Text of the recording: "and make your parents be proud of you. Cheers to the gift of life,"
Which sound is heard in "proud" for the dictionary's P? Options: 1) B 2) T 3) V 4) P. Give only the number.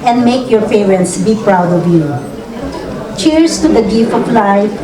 4